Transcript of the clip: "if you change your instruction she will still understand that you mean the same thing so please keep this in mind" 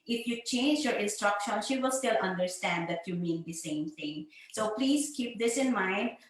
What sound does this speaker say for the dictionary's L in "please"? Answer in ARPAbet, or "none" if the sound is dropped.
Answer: L